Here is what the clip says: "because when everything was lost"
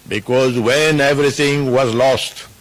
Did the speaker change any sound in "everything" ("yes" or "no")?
yes